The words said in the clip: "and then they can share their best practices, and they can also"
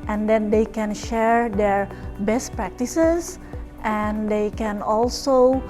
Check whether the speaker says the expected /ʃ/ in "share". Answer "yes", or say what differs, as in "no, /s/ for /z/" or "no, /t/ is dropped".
yes